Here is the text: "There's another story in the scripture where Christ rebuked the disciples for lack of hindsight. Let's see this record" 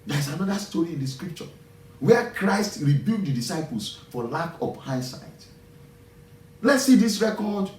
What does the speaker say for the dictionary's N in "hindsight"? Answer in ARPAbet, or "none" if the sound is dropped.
none